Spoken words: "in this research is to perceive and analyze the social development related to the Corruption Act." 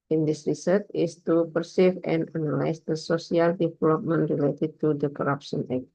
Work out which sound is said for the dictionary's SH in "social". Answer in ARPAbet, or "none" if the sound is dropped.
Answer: S